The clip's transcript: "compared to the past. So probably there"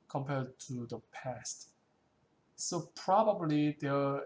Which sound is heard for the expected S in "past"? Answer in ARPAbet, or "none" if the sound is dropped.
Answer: S